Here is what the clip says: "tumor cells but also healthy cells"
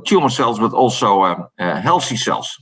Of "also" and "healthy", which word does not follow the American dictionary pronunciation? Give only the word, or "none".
healthy